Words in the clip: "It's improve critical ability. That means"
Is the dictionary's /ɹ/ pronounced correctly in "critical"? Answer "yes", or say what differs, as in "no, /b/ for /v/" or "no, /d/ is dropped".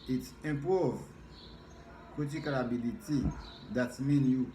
no, /ɹ/ is dropped